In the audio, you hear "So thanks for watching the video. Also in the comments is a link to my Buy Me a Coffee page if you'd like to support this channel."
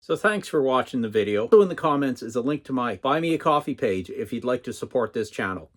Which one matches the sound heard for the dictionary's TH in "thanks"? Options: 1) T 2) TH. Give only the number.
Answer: 2